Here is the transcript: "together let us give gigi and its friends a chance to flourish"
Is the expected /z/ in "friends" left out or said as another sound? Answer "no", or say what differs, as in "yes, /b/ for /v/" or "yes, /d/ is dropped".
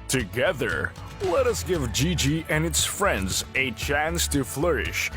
no